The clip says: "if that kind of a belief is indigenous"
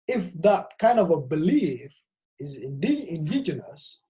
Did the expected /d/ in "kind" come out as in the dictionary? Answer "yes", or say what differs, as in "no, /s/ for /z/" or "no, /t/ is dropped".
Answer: yes